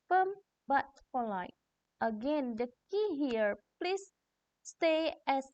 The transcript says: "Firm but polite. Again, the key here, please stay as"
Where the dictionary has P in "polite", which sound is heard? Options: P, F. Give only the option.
F